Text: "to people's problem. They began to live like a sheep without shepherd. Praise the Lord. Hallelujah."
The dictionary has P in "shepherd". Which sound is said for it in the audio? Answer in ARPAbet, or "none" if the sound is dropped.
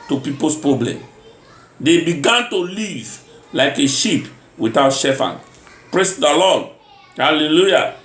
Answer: F